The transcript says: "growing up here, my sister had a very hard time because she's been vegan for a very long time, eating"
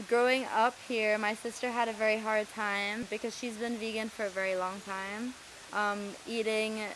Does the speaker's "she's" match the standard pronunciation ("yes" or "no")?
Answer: yes